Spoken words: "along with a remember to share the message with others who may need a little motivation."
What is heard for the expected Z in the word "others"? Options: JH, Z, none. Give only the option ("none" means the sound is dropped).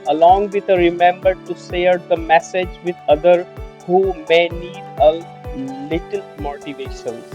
none